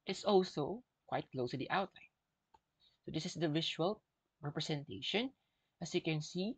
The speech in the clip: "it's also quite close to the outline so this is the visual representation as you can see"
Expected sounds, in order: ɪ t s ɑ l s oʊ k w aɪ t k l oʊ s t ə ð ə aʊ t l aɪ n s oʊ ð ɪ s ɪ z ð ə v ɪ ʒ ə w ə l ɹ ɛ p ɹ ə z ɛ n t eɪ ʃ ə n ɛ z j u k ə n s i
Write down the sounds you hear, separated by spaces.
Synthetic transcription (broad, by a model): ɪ t s ɑ l s oʊ k w aɪ t k l oʊ s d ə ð aʊ t l aɪ n s oʊ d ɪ s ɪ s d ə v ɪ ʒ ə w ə l ɹ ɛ p ɹ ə s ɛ n t eɪ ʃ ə n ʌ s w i k ə n s i